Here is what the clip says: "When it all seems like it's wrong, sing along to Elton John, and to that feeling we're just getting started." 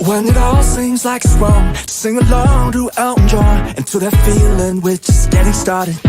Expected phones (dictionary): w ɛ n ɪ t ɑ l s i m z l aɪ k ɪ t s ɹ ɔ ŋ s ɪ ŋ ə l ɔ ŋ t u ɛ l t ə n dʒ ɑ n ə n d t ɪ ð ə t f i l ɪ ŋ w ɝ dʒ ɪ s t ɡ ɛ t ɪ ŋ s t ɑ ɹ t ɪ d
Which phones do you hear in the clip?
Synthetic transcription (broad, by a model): w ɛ n ɪ t ɑ l s i m z l aɪ k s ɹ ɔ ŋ s ɪ ŋ ə l ɔ ŋ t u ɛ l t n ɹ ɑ ə n t ɪ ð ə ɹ f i l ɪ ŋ w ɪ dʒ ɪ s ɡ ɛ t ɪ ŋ s t ɑ ɹ t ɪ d